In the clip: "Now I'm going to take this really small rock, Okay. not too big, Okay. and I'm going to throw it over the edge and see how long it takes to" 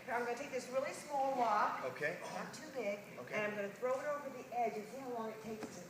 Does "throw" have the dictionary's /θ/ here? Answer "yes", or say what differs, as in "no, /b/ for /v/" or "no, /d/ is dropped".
yes